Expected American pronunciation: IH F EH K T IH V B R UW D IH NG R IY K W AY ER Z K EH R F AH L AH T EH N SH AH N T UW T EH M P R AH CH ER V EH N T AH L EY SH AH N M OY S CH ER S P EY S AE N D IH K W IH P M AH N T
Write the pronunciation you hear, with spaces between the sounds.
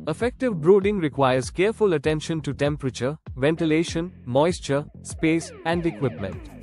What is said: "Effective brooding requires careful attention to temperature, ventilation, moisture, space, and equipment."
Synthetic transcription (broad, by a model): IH F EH K T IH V B R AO D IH NG R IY K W AY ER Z K EH R F AH L AH T EH N SH AH N T UW T EH M P R AH CH ER V EH N T AH L EY SH AH N M OY S CH ER S P EY S AE N D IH K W IH P M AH N T